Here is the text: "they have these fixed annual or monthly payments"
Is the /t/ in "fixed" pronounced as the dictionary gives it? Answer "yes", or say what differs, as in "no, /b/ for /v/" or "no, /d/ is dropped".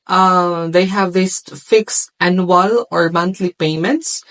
no, /t/ is dropped